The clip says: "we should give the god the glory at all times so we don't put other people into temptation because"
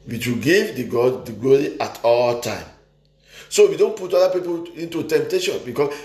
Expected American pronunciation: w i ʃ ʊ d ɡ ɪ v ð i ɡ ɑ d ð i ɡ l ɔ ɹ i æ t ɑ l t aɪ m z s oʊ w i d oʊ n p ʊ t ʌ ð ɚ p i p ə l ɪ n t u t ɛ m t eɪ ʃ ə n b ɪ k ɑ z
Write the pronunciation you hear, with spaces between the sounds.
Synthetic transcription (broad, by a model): w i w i ɡ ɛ v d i ɡ ɑ d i ɡ l ɔ ɹ i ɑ t ɑ l t aɪ m s oʊ w i d oʊ n p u t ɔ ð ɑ p i p ə l ɪ n t u t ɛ m t eɪ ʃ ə n b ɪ k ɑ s